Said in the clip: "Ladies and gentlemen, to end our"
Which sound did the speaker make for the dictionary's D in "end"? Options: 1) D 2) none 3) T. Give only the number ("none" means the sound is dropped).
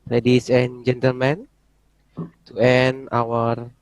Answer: 2